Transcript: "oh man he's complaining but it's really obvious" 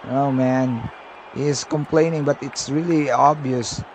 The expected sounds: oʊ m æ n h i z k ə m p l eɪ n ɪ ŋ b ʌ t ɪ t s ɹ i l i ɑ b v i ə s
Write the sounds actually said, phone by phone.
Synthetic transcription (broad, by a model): oʊ m æ n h i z k ə m p l eɪ n ɪ ŋ b ʌ t ɪ t s ɹ i l i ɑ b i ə s